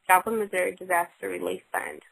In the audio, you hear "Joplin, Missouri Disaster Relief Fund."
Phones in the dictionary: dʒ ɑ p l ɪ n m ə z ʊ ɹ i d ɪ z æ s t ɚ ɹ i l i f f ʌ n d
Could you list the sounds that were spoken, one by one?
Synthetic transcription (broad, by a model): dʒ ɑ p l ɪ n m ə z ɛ ɹ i d ɪ z æ s t ɚ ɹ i l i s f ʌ n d